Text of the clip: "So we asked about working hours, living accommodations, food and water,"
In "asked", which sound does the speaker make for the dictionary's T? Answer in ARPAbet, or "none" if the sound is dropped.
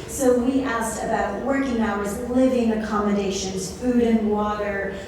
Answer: T